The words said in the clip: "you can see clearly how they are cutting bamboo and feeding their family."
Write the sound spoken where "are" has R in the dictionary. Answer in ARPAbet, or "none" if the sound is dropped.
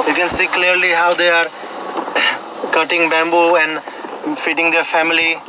R